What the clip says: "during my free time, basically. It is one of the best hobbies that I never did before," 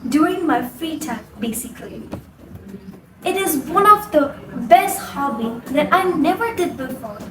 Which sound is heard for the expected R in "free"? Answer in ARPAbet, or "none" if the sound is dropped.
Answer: none